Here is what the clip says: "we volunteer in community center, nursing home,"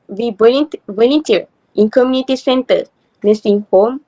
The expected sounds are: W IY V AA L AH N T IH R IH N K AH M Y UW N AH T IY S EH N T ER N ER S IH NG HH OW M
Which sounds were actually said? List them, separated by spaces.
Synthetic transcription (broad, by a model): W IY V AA N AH T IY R IH N K AH M Y UW N AH T IY S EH N T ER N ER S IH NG HH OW M